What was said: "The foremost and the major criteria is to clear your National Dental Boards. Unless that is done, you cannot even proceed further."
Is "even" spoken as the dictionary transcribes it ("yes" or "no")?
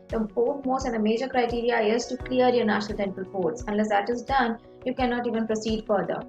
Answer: yes